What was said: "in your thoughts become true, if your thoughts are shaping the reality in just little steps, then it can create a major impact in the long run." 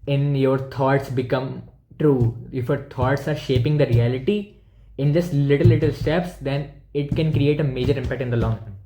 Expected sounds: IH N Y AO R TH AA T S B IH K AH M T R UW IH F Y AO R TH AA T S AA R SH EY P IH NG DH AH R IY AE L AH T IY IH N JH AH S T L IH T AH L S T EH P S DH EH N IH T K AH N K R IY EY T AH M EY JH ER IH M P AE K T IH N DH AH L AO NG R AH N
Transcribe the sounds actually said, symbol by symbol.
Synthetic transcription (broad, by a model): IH N Y AO R T AA T S B IH K AH M T R UW IH F Y AO R T AA T S AA R SH EY P IH NG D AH R IY AE L AH T IY IH N JH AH S T L IH T AH L S T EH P S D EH N IH T K AH N K R IY EY T AH M EY JH ER IH M P AE K T IH N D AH L AO NG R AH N